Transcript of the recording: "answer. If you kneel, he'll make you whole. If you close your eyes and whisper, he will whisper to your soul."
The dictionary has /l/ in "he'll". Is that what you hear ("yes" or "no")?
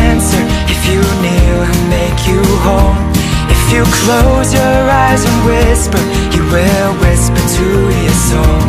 no